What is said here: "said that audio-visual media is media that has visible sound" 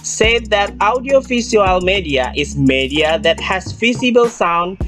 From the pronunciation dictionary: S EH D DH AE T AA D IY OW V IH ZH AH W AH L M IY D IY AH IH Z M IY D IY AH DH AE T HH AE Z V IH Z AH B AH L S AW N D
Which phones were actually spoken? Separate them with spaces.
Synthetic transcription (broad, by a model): S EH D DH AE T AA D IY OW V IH S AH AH L M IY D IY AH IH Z M IY D IY AH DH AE T HH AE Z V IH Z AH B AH L S AW N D